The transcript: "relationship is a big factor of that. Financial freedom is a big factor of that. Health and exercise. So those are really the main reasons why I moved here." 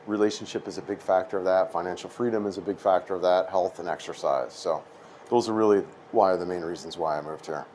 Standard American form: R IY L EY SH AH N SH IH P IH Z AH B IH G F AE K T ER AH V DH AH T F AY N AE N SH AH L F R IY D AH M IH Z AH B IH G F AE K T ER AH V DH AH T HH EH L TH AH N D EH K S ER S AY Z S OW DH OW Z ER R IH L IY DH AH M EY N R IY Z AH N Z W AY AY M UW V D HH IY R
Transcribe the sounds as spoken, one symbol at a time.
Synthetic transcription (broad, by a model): R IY L EY SH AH N SH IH P IH Z AH B IH G F AE K T ER AH V DH AH T F AY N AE N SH L F R IY D AH M IH Z AH B IH G F AE K T ER AH V DH AH T HH EH L TH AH N EH K S ER S AY Z S OW DH OW Z ER R IH L IY DH AH M EY N R IY Z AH N Z W AY AY M UW V D HH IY R